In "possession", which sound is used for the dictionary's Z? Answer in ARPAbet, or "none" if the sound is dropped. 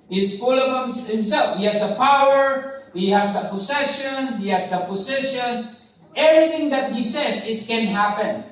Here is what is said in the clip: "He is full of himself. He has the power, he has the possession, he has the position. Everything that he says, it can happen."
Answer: S